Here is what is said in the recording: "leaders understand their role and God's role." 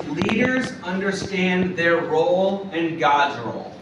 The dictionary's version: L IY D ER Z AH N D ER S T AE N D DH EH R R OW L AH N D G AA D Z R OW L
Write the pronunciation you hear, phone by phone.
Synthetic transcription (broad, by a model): L IY D ER Z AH N D ER S T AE N DH EH R R OW L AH N G AA D Z R OW L